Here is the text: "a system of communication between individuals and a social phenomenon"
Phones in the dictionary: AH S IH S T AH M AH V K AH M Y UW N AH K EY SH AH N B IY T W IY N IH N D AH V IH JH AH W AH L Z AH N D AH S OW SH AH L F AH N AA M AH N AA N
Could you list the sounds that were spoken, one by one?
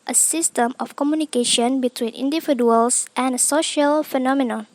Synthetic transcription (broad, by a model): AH S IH S T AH M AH F K AH M Y UW N AH K EY SH AH N B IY T W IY N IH N D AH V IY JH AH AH L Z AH N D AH S OW SH AH L F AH N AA M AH N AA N